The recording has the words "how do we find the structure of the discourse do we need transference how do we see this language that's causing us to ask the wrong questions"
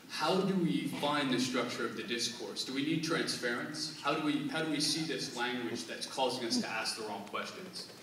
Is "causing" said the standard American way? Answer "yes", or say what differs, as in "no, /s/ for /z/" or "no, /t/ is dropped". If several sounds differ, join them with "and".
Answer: yes